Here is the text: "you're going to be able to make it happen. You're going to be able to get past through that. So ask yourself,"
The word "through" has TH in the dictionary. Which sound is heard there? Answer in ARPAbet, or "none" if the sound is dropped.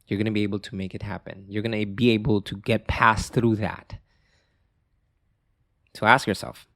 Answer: TH